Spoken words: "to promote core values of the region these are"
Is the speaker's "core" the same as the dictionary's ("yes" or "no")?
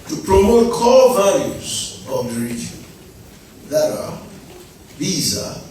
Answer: no